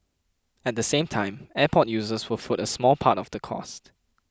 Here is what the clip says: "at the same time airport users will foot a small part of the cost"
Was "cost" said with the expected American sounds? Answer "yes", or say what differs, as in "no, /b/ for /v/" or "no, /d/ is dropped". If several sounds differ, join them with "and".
yes